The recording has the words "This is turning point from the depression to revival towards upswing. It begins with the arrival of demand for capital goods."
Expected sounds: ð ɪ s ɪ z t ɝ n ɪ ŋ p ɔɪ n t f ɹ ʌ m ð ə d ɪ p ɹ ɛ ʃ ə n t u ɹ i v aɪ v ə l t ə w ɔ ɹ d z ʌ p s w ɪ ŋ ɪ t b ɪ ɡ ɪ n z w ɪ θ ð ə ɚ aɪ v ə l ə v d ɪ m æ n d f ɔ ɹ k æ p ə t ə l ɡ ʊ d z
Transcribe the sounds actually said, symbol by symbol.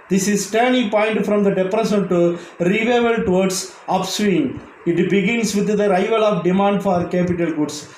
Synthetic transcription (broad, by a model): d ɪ s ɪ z t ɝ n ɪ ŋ p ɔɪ n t f ɹ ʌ m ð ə d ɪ p ɹ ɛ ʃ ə n t u ɹ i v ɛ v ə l t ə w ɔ ɹ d s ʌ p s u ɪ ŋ ɪ t b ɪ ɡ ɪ n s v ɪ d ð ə ɚ aɪ v ə l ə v d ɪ m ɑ n d f ɔ ɹ k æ p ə t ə l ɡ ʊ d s